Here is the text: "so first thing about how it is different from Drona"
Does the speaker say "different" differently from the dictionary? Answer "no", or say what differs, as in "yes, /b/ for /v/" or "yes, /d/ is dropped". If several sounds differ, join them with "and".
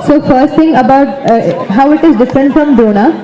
no